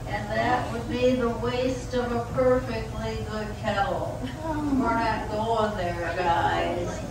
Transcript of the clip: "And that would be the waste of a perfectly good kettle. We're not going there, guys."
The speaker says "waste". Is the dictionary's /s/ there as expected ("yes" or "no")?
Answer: yes